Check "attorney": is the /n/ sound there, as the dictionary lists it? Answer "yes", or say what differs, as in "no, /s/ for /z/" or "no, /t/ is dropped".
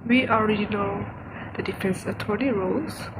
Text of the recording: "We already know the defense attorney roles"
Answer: no, /l/ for /n/